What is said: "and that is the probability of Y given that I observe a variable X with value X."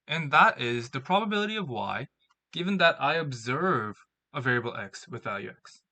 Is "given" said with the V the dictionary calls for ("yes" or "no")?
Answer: yes